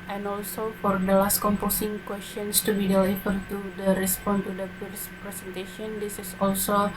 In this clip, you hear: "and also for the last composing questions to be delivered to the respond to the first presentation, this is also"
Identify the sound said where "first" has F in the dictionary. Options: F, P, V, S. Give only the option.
P